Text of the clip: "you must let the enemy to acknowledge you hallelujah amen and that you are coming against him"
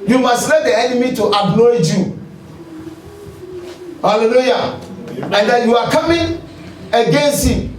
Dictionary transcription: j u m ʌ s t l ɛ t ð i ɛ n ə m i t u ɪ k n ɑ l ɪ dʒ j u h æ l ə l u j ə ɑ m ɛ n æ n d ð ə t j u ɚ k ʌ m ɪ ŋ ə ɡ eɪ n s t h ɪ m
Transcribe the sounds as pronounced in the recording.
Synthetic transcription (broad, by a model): j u m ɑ s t l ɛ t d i ɛ n ə m i t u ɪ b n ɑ ɪ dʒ j u h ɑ l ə l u j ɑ ɛ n n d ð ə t j u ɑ k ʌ m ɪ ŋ ə ɡ eɪ n s t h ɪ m